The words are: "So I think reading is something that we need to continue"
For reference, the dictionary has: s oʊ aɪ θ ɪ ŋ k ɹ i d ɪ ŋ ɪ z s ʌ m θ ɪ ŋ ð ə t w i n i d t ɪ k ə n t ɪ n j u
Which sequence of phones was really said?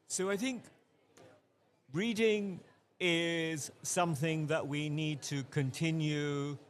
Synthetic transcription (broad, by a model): s oʊ aɪ θ ɪ ŋ k ɹ i d ɪ ŋ ɪ z s ʌ m θ ɪ ŋ ð ə t w i n i d t ɪ k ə n t ɪ n j u